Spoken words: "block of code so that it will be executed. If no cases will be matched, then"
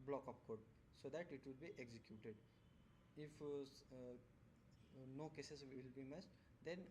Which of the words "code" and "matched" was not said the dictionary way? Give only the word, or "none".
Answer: matched